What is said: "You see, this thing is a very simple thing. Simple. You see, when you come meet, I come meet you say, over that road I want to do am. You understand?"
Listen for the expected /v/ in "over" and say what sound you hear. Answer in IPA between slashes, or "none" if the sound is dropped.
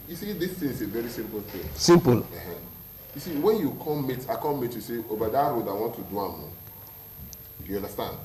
/b/